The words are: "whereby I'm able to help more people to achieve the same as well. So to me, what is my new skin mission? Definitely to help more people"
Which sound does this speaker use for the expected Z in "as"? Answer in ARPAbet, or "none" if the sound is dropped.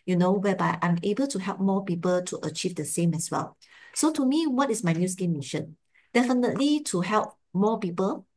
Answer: S